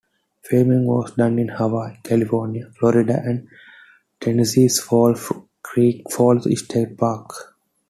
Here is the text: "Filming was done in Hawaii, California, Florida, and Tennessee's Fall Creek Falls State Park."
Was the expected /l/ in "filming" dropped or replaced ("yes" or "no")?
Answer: yes